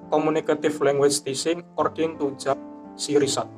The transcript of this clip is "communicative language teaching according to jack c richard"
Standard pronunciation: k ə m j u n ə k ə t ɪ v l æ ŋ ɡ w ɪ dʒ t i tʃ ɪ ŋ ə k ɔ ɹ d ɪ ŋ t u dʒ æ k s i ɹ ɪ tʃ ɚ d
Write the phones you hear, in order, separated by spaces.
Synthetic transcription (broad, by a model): k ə m u n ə k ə t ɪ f l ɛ ŋ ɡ w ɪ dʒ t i s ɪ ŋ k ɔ ɹ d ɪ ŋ t u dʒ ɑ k s i ɹ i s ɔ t